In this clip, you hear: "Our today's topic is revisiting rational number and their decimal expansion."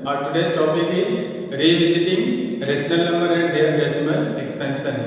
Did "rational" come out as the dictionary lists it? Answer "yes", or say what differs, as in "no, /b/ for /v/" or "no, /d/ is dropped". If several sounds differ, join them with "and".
no, /s/ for /ʃ/